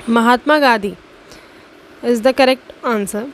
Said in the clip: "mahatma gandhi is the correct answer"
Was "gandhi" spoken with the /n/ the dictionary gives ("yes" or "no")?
no